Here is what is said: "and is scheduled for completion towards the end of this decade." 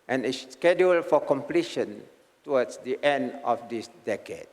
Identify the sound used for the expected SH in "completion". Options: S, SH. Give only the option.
SH